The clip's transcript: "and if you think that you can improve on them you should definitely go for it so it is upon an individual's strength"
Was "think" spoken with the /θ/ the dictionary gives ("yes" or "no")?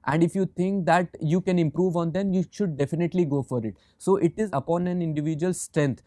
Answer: no